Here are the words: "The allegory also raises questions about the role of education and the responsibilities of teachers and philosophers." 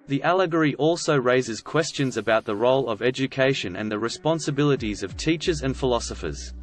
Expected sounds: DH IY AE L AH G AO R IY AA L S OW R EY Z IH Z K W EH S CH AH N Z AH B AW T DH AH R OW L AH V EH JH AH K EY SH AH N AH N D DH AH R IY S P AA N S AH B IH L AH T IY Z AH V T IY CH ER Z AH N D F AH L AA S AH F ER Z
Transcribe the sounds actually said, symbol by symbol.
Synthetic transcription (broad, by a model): DH IY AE L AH G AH R IY AA L S OW R EY Z IH Z K W EH S CH AH N Z AH B AW T DH AH R OW L AH V EH JH AH K EY SH AH N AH N DH AH R IY S P AA N S AH B IH L AH T IY Z AH V T IY CH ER Z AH N F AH L AA S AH F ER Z